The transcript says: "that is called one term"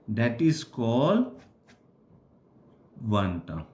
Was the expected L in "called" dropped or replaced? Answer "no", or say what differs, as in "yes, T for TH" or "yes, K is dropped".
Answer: no